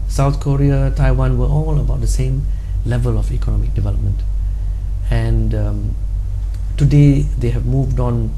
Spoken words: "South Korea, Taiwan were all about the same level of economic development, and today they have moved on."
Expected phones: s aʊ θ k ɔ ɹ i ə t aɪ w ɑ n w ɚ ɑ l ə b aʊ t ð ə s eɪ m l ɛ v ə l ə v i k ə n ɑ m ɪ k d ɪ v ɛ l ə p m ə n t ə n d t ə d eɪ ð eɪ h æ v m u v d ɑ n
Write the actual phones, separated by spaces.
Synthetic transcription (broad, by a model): s aʊ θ k ɔ ɹ i ə t aɪ w ɑ n w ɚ ɑ l ə b aʊ t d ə s eɪ m l ɛ v ə l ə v i k ə n ɑ m ɪ k d ɪ v ɛ l ə p m ə n t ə n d t ə d eɪ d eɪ h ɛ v m u v d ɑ n